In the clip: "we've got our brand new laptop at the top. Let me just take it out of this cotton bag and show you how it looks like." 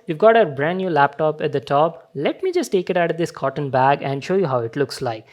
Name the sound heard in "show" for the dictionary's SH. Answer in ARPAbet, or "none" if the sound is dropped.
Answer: SH